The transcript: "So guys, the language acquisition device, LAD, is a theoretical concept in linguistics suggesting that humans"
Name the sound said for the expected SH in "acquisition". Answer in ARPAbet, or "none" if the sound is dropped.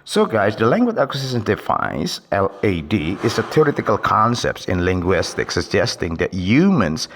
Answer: S